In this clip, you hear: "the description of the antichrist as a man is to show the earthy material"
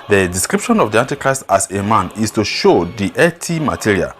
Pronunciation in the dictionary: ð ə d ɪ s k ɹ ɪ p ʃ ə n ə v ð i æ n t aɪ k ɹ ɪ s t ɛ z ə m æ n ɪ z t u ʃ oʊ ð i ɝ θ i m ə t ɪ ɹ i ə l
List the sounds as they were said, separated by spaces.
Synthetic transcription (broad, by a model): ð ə d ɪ s k ɹ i p ʃ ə n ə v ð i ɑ n t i k ɹ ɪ s t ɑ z ə m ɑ n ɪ s t u ʃ oʊ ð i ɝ t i m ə t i ɹ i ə l